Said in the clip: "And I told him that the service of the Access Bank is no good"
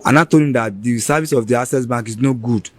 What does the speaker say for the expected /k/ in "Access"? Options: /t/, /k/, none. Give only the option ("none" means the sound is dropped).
none